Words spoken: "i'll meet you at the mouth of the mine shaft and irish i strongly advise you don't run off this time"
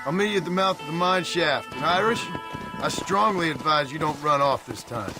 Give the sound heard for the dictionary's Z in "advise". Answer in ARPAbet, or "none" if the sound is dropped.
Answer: Z